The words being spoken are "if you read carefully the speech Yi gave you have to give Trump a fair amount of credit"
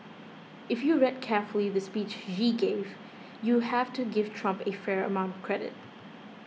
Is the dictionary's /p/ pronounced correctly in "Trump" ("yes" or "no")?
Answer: yes